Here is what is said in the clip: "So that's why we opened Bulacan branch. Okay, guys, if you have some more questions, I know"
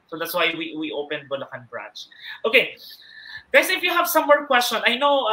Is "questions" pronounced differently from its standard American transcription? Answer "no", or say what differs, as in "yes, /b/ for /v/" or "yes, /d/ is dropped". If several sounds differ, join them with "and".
yes, /z/ is dropped